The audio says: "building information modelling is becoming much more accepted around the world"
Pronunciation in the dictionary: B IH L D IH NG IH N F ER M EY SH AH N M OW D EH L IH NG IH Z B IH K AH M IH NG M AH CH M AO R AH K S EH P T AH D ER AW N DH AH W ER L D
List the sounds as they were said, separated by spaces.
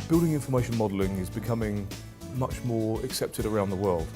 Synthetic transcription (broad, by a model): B IH L D IH NG IH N F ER M EY SH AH N M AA D L IH NG IH Z B IH K AH M IH NG M AH CH M AO R AH K S EH P T AH D ER AW N DH AH W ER L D